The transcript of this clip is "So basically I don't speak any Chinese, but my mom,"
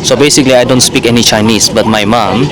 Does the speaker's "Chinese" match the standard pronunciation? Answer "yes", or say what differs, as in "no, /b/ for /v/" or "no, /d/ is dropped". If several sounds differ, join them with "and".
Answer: no, /s/ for /z/